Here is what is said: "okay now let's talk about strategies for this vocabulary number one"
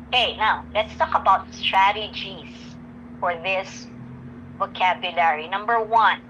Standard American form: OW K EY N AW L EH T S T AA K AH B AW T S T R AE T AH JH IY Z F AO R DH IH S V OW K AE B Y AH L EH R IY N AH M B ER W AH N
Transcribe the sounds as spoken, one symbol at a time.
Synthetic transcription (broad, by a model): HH EY N AW L EH T S T AA K AH B AW T S T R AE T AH JH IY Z F AO R DH IH S V OW K AE B Y AH L EH R IY N AH M B ER W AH N